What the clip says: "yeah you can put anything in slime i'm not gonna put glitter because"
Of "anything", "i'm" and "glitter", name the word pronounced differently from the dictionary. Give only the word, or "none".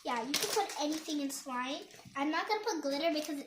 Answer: none